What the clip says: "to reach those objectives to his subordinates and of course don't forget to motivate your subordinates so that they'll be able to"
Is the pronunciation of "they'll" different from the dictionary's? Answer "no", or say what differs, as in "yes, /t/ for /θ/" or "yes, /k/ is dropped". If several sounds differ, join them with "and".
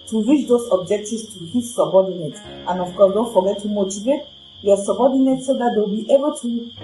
yes, /w/ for /l/